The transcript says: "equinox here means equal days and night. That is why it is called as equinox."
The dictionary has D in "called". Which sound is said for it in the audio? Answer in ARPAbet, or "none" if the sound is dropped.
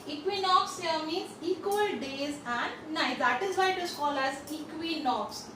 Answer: none